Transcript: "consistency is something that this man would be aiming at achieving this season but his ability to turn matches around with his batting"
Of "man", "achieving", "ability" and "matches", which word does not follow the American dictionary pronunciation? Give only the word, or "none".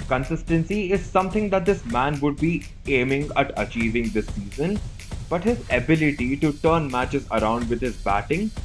none